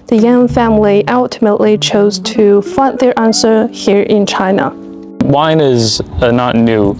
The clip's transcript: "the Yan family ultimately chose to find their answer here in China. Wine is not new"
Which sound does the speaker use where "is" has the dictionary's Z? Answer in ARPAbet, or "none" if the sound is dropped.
Z